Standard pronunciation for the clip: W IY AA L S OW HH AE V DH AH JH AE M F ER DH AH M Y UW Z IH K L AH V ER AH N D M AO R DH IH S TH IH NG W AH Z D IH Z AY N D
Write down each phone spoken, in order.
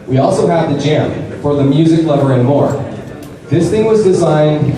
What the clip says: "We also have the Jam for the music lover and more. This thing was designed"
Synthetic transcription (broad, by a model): W IY AA L S OW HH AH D DH AH JH AE M F ER DH AH M Y UW Z IH K L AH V ER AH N M AO R DH IH S TH IH NG W AH Z D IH Z AY N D